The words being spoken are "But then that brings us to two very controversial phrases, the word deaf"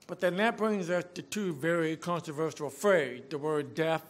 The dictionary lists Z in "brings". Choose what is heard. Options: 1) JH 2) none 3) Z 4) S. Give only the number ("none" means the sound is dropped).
3